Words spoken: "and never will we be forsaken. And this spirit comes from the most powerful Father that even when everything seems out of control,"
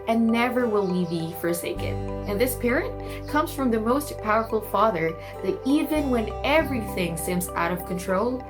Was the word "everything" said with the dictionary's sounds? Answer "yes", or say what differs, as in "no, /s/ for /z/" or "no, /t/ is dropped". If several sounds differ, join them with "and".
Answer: yes